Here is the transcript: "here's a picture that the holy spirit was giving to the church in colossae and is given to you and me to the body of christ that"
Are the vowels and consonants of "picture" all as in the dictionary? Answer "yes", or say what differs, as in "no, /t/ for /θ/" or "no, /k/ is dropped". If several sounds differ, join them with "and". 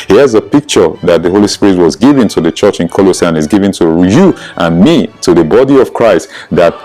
yes